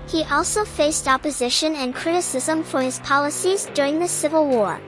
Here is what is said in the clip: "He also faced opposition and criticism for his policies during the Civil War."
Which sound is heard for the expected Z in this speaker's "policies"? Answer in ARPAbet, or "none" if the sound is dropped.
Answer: Z